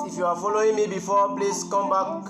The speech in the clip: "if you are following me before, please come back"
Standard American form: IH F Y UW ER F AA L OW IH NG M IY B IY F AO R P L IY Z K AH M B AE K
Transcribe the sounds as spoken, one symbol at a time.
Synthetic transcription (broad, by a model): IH F Y UW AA F AA L OW IH NG M IY B IY F AO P L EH S K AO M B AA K